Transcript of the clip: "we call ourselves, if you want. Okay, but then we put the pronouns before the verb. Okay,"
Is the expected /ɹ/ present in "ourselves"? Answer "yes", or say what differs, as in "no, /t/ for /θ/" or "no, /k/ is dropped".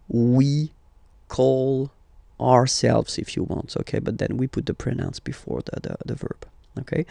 yes